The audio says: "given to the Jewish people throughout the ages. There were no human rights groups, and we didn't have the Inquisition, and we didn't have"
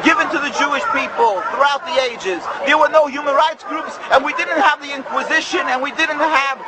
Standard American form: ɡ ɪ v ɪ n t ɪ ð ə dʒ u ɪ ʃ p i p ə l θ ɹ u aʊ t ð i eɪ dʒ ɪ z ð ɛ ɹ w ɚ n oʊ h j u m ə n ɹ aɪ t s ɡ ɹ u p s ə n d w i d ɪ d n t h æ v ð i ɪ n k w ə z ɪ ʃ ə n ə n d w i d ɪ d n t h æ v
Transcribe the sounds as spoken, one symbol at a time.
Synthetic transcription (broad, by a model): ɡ ɪ v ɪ n t ɪ ð ə dʒ u ɪ ʃ p i p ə l θ ɹ u aʊ t ð i eɪ dʒ ɪ z ð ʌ ɹ w ɚ n oʊ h j u m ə n ɹ aɪ t s ɡ ɹ u p s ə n w i d ɪ d n t h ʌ v ð i ɪ n k w ə z ɪ ʃ ə n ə n w i d ɪ d n t h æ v